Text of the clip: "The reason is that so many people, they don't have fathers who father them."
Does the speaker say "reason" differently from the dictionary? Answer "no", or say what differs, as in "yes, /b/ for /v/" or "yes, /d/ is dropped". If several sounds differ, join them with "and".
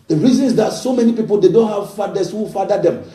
no